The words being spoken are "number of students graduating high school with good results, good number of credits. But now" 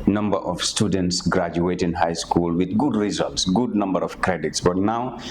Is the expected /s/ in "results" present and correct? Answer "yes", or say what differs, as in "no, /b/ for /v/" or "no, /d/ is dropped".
yes